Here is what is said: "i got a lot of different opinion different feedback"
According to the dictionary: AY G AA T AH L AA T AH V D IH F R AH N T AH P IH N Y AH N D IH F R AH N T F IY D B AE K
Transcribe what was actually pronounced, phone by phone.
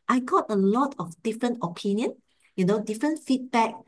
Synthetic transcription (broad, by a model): AY G AA T AH L AA T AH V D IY F R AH N T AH P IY N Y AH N D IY F R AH N T F IY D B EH K